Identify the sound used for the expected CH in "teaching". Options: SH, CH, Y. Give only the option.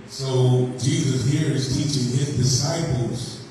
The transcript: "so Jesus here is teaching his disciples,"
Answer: CH